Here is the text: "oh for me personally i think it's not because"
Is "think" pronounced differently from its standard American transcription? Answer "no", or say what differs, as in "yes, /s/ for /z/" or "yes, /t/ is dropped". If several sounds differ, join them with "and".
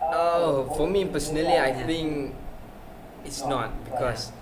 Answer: yes, /k/ is dropped